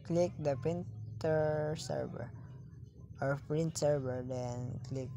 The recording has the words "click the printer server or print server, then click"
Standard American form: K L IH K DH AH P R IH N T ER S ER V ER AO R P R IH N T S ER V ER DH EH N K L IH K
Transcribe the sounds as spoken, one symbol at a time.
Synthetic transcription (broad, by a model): K L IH K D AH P IH N T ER S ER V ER AO R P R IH N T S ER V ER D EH N K L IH K